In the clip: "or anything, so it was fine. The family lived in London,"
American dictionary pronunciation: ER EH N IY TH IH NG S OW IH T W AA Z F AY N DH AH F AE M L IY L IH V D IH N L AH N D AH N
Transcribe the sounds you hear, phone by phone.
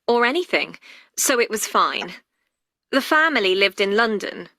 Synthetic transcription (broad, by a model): ER EH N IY TH IH NG S OW IH T W AA Z F AY N DH AH F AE M L IY L IH V D IH N L AH N D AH N